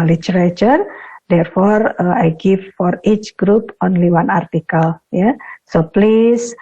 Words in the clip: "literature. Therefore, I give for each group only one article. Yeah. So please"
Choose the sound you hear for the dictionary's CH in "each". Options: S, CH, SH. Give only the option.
CH